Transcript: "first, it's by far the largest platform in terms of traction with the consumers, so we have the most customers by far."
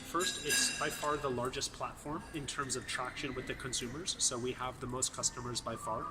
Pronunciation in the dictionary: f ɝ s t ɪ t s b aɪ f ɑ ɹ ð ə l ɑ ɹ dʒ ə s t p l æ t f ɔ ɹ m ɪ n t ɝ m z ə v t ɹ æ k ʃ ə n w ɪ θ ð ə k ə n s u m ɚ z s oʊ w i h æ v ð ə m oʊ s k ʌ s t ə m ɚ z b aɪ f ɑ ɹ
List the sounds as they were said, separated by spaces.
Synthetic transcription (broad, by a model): f ɝ s t ɪ t s b aɪ f ɑ ɹ ð ə l ɑ ɹ dʒ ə s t p l æ t f ɔ ɹ m ɪ n t ɝ m z ə v t ɹ æ k ʃ ə n w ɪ ð ə k ə n s u m ɚ z s oʊ w i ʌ v ð ə m oʊ s k ʌ s t ə m ɚ z b aɪ f ɑ ɹ